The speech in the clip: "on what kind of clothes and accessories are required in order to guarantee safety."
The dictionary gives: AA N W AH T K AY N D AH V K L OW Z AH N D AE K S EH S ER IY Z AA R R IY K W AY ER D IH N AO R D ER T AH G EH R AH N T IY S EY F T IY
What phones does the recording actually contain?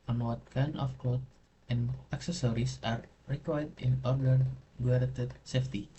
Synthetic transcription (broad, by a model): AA N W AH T K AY N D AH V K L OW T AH N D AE K S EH S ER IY S AA R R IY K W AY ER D IH N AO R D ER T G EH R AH T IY S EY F T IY